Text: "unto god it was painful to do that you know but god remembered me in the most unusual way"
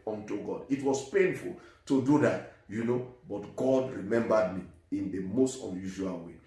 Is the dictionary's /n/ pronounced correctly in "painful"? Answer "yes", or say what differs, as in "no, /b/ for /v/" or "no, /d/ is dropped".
yes